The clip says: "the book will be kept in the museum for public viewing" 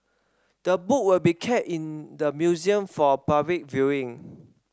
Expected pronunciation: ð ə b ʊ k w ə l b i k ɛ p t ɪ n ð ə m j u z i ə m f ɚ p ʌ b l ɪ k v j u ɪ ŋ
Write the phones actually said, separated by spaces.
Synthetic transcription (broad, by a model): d ə b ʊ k w ə l b i k ɛ t ɪ n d ə m j u z i ə m f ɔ p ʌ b l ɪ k v j u ɪ ŋ